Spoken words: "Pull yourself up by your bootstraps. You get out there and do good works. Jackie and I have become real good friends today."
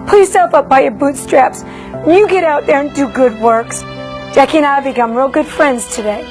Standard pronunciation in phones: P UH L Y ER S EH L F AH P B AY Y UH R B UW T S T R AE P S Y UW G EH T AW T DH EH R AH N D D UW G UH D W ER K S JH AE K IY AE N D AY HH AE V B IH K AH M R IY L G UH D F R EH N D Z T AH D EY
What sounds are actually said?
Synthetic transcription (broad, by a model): P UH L Y ER S EH L F AH P B AY Y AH R B UW T S T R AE P S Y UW G EH T AW T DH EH R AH N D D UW G UH D W ER K S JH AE K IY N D AY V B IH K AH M R IY L G UH D F R EH N D Z T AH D EY